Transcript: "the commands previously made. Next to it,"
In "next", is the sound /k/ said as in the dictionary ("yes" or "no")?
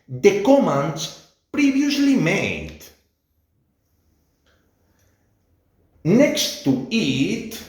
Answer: yes